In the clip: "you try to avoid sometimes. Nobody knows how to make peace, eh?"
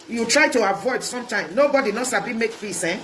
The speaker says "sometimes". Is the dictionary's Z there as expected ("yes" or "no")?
no